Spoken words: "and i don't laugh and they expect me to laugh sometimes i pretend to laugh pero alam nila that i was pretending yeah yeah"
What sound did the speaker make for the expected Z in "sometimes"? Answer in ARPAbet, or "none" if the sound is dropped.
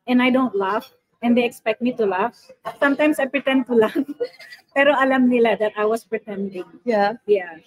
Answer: S